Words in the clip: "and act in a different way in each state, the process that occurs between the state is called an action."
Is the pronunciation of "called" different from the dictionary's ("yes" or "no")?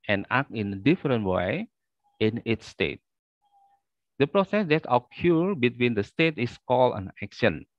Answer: yes